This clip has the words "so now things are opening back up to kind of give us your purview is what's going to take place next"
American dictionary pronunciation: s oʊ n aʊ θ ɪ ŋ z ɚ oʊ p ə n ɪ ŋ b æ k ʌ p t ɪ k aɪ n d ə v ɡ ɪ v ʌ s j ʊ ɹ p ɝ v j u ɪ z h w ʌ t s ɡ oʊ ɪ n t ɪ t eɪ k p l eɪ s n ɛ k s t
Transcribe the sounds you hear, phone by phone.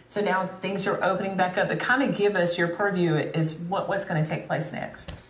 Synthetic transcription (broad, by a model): s oʊ n aʊ θ ɪ ŋ z ɚ oʊ p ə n ɪ ŋ b æ k ʌ p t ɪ k aɪ n d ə ɡ ɪ v ʌ s j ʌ ɹ p ɝ v j u ɪ z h w ʌ t s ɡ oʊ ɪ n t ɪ t eɪ k p l eɪ s n ɛ k s t